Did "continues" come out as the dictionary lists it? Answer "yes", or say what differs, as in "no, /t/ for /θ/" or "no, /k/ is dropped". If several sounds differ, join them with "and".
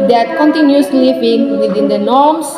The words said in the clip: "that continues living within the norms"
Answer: no, /s/ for /z/